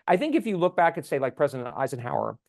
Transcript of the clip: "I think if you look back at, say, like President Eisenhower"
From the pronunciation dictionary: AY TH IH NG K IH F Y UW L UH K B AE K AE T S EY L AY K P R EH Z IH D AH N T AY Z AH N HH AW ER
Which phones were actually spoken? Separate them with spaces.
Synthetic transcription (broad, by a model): AY TH IH NG K IH F Y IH L UH K B AE K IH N S EY L AY K P R EH Z IH D AH N T AY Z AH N HH AW ER